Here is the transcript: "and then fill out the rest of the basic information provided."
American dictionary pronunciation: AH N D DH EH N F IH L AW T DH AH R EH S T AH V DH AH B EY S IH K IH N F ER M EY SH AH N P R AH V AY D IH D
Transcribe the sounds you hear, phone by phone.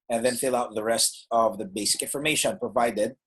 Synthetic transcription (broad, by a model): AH N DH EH N F IH L AW T DH AH R EH S T AH V DH AH B EY S IH K IH N F ER M EY SH AH N P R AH V AY D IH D